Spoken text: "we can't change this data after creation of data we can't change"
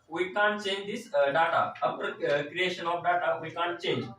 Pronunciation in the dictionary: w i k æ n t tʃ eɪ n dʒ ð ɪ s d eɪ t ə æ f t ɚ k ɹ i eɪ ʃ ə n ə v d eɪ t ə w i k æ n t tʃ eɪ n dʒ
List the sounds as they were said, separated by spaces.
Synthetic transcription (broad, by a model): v i k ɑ n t tʃ eɪ n dʒ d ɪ s d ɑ t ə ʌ p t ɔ k ɹ i eɪ ʃ ə n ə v d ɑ t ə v i k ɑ n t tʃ eɪ n dʒ